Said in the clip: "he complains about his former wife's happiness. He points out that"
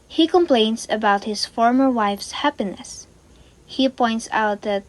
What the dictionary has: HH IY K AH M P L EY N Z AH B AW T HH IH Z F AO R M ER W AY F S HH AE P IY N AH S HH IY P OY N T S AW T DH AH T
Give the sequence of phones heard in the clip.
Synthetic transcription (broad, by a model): HH IY K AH M P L EY N S AH B AW T HH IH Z F AO R M ER W AY F S HH AE P IY N AH S HH IY P OY N T S AW T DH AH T